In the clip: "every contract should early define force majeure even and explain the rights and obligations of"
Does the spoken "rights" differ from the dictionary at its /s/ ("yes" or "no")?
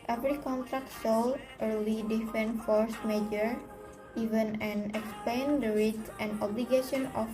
yes